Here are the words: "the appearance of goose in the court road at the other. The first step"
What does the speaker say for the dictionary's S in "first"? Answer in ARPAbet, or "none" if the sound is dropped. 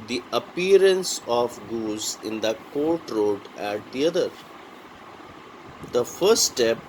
none